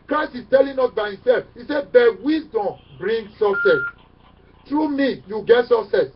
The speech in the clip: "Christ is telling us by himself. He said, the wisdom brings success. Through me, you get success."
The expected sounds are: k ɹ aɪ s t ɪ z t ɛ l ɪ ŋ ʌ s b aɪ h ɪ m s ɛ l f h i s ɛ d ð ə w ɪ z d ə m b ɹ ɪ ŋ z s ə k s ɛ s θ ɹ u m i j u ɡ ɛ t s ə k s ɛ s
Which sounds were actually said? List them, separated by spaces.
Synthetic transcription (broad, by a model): k ɹ aɪ s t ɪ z t ɛ l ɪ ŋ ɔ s b aɪ h ɪ m s ɛ l f h i s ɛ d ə w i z d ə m b ɹ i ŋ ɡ s ə k s ɛ s t ɹ u m i j u ɡ ɛ t s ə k s ɛ s